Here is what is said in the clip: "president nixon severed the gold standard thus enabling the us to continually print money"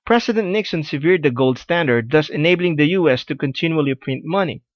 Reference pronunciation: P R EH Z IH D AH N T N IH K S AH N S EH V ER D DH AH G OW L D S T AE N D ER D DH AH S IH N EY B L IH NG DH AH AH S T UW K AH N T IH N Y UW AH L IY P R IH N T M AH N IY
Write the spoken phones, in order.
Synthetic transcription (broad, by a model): P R EH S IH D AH N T N IH K S AH N S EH V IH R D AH G OW L D S T AE N D ER D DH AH S IH N EY B L IH NG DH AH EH S T UW K AH N T IH N Y UW AH L IY P R IH N T M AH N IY